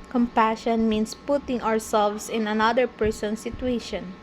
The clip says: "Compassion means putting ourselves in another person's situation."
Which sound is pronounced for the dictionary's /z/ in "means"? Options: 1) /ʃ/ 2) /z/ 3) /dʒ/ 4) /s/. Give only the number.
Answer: 4